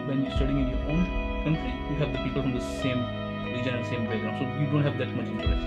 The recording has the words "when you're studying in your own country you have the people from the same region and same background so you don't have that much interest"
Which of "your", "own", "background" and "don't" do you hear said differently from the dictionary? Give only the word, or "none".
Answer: background